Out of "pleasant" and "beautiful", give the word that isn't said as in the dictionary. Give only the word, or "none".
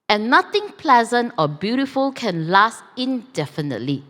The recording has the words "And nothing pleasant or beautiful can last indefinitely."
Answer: none